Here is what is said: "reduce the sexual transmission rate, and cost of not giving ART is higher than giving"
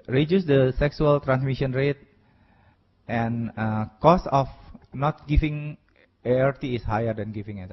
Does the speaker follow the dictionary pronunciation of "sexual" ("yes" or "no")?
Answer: no